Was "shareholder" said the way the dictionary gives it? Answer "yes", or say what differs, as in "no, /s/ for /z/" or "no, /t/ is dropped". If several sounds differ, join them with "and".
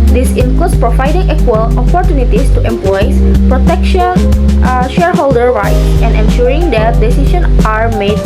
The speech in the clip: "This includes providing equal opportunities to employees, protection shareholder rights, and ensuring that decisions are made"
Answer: yes